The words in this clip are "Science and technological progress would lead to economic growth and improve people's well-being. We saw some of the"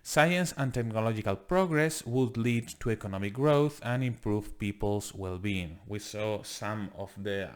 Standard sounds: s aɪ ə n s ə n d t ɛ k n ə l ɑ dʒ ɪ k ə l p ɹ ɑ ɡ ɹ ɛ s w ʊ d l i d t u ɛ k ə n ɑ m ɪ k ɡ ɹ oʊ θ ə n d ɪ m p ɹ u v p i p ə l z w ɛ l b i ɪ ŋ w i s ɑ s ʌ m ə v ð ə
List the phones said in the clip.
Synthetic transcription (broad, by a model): s aɪ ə n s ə n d t ɛ k n ə l ɑ dʒ ɪ k ə l p ɹ ɑ ɡ ɹ ɛ s w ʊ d l i d t u ɛ k ə n ɑ m ɪ k ɡ ɹ oʊ θ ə n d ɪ m p ɹ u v p i p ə l s w ɛ l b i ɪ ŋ w i s ɑ s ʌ m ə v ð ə